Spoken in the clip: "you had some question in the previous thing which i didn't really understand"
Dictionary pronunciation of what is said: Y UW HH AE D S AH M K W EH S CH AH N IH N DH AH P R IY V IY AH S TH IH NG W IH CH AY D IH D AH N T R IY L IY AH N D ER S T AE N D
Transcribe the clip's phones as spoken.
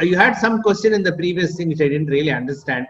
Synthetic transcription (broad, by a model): Y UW HH AE D S AH M K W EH S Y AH N IH N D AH P R IY V IY AH S T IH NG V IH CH AY D IH D AH N T R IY L IY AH N D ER S T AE N D